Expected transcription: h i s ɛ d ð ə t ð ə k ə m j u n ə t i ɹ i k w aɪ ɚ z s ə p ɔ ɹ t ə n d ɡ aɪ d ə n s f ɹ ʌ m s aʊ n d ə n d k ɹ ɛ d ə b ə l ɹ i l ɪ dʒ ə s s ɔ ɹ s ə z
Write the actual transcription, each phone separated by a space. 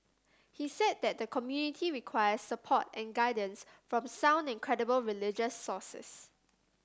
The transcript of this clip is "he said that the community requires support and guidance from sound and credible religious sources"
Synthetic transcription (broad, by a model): h i s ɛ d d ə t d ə k ə m j u n ə t i ɹ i k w aɪ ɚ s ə p ɔ t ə n ɡ aɪ d ə n s f ɹ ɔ m s aʊ n d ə n k ɹ ɛ d ə b ə l ɹ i l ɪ dʒ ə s s ɔ s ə s